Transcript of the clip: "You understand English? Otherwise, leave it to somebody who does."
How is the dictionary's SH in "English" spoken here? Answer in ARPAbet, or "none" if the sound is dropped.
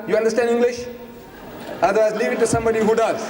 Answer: SH